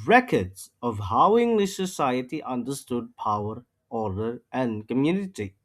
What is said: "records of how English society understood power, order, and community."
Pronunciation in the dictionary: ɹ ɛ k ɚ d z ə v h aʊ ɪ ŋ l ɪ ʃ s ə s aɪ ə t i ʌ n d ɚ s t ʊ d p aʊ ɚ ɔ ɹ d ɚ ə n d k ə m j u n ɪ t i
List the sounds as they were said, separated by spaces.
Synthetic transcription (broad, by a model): ɹ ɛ k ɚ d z ə v h aʊ ɪ ŋ l ɪ ʃ s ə s aɪ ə t i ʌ n d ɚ s t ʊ d p aʊ ɚ ɔ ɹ d ɚ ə n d k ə m j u n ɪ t i